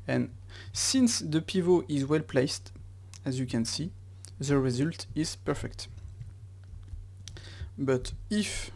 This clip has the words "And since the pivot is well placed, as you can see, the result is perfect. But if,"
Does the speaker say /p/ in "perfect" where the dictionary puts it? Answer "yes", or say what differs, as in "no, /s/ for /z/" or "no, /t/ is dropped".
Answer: yes